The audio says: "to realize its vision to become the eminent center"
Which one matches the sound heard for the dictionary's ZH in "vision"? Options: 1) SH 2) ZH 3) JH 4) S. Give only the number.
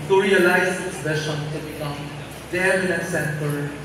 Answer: 1